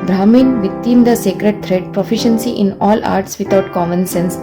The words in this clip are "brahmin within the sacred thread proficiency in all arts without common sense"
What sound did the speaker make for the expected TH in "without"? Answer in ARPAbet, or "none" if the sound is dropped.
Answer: T